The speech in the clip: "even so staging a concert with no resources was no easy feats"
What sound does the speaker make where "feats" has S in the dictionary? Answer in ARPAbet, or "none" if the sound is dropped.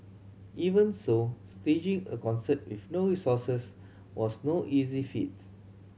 none